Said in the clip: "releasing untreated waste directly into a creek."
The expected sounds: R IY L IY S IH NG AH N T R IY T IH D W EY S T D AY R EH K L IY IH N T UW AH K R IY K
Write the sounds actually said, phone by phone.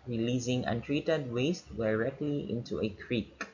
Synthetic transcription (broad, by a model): R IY L IY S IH NG AH N T R IY T IH D W EY S T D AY R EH K L IY IH N T UW AH K R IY K